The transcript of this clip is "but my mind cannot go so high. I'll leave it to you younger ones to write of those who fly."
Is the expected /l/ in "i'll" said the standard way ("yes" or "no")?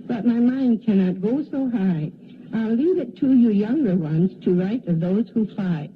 yes